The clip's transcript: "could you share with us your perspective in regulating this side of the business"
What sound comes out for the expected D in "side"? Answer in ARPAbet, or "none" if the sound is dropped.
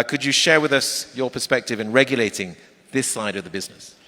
D